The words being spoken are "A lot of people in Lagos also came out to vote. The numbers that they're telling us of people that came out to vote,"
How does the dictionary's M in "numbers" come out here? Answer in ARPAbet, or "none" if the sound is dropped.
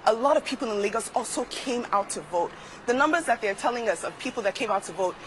M